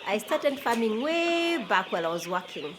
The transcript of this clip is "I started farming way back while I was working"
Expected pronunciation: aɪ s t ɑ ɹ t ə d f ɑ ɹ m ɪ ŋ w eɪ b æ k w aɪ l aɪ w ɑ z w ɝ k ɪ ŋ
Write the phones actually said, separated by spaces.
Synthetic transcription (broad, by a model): aɪ s t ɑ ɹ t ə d f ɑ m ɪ ŋ w eɪ b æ k w aɪ l aɪ w ɑ z w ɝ k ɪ ŋ